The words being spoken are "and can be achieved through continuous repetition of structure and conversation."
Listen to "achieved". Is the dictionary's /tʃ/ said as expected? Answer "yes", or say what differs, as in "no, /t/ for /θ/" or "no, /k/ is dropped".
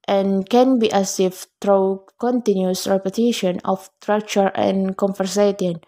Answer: no, /s/ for /tʃ/